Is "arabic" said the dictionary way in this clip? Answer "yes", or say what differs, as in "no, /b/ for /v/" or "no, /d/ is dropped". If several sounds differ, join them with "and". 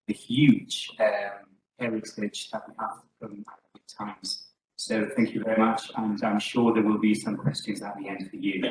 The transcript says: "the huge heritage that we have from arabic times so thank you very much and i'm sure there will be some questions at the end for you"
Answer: no, /ɹ/ is dropped